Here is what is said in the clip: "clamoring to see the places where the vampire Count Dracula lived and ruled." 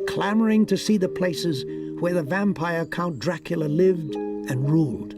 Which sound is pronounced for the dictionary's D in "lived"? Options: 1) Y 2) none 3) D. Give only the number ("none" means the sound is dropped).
3